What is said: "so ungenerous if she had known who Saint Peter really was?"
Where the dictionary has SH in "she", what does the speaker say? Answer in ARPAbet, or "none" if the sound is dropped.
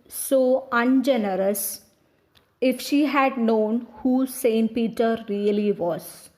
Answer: SH